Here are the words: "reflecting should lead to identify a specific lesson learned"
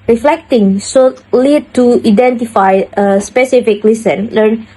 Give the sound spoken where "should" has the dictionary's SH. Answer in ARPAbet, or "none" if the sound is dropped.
S